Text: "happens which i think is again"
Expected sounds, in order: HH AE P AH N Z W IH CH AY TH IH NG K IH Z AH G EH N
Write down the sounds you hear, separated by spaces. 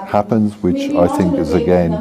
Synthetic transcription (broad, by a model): HH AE P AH N Z W IH CH AY TH IH NG K IH Z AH G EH N